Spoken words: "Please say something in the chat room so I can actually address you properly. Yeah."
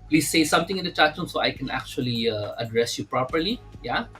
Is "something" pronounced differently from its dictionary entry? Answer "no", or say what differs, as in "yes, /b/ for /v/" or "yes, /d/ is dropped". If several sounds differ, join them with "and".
yes, /t/ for /θ/